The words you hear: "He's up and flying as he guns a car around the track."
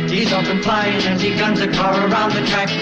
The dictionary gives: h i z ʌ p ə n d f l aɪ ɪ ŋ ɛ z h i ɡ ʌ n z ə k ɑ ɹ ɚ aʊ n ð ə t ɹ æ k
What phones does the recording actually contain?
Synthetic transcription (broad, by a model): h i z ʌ f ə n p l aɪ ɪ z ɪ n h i ɡ ʌ n z ə k ɑ ɹ ɚ aʊ n ð ə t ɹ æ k